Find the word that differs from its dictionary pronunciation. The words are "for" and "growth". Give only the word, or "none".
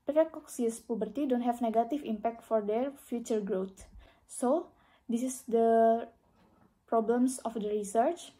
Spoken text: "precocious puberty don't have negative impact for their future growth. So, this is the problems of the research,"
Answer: growth